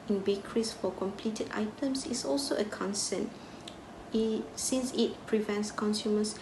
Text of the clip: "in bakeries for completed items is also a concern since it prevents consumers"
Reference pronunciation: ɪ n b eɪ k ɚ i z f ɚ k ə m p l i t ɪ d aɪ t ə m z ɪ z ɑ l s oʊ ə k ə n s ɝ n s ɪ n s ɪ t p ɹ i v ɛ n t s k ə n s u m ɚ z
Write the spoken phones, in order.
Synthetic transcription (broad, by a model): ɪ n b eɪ k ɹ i s f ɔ k ə m p l i t ɪ d aɪ t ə m s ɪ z ɑ l s oʊ ə k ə n s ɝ n s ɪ n s ɪ t p ɹ i v ɛ n t s k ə n s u m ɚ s